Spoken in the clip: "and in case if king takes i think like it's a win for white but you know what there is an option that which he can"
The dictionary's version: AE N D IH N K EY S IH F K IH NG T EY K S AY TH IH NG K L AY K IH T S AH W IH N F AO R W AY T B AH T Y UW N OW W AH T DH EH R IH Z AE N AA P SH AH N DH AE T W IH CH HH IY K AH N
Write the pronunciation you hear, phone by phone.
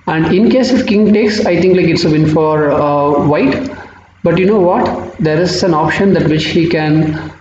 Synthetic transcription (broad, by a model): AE N D IH N K EY S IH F K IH NG T EY K S AY T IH NG K L AY K IH T S AH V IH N F AO R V AY T B AH T Y UW N OW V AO T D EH R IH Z AE N AA P SH AH N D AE T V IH CH HH IY K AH N